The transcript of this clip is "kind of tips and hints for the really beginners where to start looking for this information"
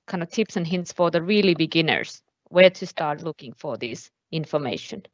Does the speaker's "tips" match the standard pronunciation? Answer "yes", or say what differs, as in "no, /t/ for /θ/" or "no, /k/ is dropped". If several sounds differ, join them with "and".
yes